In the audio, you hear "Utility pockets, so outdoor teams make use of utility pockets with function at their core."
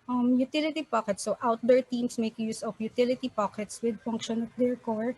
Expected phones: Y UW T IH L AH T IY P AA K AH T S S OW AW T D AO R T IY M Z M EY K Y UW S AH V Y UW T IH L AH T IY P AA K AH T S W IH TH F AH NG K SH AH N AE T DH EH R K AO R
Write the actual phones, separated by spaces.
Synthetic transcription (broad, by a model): Y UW T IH L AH T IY P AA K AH T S S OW AW T D AO R T IY M S M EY K Y UW S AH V Y UW T IH L AH T IY P AA K AH T S W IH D F AH NG K SH AH N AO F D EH R K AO R